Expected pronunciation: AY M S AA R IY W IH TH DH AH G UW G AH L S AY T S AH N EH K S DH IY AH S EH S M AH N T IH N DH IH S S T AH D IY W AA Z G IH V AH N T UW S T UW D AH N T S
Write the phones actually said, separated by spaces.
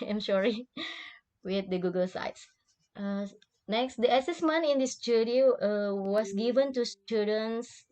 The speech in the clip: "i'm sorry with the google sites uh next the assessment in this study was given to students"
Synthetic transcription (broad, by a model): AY M SH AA R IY W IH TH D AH G UW G AH L S AY T S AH N EH K S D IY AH S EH S M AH N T IH N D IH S S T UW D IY W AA S G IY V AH N T UW S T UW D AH N S